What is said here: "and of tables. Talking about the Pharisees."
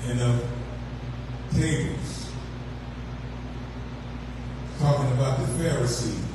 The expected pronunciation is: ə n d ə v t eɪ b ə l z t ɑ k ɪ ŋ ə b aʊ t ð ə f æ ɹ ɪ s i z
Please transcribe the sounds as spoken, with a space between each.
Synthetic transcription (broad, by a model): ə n ə v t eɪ ə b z t ɑ k ɪ ŋ ə b aʊ t ð ə f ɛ ɹ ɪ s i